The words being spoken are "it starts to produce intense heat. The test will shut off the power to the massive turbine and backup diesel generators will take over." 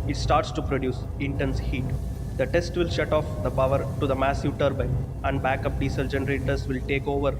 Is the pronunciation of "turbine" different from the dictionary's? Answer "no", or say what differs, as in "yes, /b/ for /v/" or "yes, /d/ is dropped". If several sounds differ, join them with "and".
yes, /n/ is dropped